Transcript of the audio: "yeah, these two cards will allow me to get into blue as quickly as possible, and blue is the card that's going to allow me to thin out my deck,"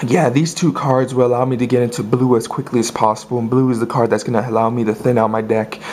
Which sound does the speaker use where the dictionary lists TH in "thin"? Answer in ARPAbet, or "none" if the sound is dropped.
TH